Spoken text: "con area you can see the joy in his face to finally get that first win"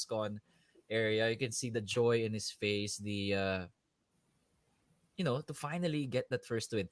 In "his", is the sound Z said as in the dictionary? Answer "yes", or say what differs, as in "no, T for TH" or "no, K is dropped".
no, S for Z